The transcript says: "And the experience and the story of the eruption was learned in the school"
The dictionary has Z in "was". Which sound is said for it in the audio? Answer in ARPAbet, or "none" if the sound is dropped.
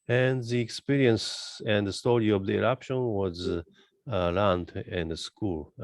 Z